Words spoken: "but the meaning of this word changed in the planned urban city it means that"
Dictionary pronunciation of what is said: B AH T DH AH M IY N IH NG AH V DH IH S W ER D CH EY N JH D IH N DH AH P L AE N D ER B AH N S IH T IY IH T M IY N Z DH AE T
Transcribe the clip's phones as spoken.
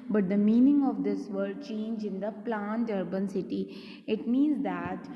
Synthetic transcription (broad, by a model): B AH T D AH M IY N IH NG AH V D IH S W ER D CH EY N JH IH N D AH P L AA N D ER B AH N S IH T IY IH T M IY N Z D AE T